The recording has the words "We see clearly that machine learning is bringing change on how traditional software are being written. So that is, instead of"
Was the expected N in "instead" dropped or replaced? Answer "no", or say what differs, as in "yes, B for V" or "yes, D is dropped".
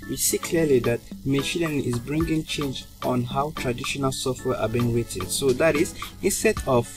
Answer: no